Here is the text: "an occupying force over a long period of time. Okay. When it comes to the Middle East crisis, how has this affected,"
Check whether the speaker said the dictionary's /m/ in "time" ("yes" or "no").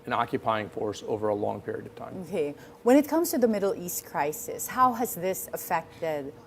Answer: no